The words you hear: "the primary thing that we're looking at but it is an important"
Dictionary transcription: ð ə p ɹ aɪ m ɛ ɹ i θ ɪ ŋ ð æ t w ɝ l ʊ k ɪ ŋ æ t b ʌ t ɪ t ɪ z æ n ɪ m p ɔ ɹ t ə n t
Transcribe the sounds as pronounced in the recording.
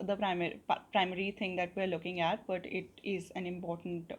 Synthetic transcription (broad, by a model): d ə p ɹ aɪ m ɛ ɹ i t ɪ ŋ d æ t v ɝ l ʊ k ɪ ŋ æ t b ʌ t ɪ t ɪ z æ n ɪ m p ɔ ɹ t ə n t